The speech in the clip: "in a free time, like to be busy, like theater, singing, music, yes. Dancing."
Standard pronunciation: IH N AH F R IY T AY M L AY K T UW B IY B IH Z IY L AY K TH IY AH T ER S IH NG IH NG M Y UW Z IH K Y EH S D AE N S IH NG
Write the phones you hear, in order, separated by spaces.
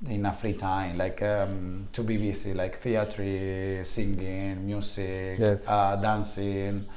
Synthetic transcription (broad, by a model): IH N AH F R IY T AY M L AY K T UW B IY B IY S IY L AY K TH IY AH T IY S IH NG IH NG M Y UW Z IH K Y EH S D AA N S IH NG